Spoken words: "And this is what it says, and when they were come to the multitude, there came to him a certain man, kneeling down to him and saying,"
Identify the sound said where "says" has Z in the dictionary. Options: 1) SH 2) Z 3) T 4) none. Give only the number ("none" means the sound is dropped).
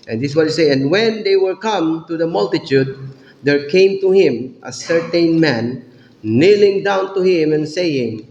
4